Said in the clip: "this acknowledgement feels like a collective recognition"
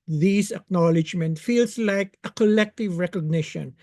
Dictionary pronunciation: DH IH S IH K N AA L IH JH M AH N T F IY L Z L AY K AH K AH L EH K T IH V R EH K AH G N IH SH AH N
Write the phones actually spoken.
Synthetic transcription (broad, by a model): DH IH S IH K N AA L IH JH M AH N T F IY L S L AY K AH K AH L EH K T IH V R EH K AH G N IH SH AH N